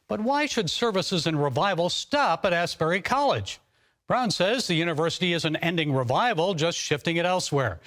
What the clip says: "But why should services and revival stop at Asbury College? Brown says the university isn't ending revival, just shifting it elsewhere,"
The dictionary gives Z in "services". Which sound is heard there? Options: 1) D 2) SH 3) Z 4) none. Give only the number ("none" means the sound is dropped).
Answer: 3